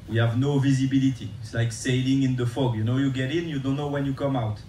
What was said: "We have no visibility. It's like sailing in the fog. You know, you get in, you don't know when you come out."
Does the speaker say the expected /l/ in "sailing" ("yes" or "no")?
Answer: yes